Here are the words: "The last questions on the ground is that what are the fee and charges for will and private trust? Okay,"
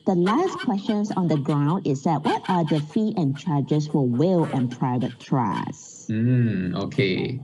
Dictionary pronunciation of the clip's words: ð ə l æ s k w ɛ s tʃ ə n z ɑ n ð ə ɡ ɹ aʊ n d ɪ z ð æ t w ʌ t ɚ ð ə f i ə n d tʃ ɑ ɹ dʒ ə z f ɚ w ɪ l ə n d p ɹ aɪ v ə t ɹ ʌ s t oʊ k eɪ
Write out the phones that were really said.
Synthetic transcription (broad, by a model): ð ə l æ s k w ɛ s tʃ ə n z ɑ n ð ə ɡ ɹ aʊ n d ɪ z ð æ t w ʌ t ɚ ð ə f i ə n tʃ ɑ ɹ dʒ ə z f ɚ w ɪ l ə n p ɹ aɪ v ə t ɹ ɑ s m oʊ k eɪ